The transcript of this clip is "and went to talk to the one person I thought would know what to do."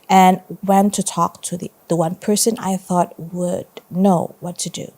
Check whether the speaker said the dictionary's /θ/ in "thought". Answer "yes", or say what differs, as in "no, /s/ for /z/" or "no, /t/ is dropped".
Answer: yes